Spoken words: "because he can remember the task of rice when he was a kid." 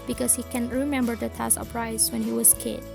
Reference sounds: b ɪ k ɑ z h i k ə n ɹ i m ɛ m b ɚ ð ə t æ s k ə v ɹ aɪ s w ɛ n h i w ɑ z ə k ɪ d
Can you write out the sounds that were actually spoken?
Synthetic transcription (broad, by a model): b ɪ k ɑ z h i k ə n ɹ i m ɛ m b ɚ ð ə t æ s ə p ɹ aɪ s w ɛ n h i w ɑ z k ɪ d